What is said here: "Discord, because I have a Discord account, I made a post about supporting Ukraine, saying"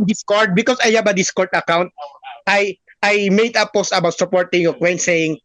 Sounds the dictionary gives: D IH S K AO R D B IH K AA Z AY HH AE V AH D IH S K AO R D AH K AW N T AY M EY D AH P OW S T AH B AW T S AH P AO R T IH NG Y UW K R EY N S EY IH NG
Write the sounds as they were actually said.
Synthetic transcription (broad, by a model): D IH S K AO R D B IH K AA S AY HH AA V AH D IH S K AO R D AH K AW N T AY M EY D AH P OW S T AH B AW T S AH P AO R T IH NG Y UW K W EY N S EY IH NG